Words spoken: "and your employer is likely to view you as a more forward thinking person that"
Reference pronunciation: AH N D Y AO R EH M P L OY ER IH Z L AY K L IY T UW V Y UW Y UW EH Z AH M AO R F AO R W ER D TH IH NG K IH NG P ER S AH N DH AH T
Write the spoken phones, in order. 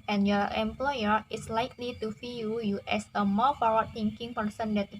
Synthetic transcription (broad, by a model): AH N Y AO R EH M P L OY ER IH S L AY K L IY T UW F Y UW Y UW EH S AH M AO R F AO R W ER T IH NG K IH NG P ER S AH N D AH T